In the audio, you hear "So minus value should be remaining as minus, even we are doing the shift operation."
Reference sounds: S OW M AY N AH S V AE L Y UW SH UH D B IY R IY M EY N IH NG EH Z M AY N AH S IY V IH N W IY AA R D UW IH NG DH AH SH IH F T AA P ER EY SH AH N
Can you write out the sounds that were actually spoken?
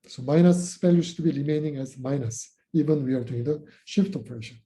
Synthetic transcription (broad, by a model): S OW M AY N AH S P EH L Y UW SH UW B IY R IY M EY N IH NG EH Z M AY N AH S IY V IH N W IY AA R D UW IH NG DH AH SH IH F T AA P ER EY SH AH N